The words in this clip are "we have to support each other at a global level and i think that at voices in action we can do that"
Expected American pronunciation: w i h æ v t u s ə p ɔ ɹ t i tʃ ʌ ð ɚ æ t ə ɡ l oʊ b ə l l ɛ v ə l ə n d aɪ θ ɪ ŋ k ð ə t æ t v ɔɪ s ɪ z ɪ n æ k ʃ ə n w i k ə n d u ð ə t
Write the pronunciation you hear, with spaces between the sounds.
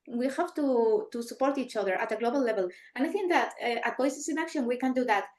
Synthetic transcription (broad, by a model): w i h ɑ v t u s ə p ɔ ɹ t i tʃ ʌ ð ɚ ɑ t ə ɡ l oʊ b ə l l ɛ v ə l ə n aɪ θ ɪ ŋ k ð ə t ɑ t b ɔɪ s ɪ s ɪ n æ k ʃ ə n w i k ə n d u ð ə t